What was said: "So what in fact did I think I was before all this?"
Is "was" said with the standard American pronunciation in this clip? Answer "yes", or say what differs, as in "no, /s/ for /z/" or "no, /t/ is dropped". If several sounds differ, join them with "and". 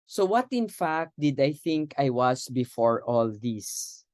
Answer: no, /s/ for /z/